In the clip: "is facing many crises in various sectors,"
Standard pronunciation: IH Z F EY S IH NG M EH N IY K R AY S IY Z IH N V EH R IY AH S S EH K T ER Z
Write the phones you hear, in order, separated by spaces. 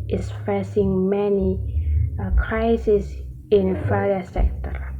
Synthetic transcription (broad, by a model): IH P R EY S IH NG M EH N IY K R AY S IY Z IH N F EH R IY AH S S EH K T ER